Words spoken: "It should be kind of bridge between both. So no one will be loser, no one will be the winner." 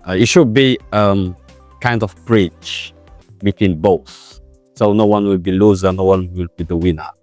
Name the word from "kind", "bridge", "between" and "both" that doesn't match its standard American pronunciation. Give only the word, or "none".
bridge